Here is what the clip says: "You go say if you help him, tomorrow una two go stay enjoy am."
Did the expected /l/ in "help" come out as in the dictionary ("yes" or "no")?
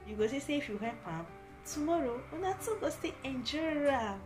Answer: no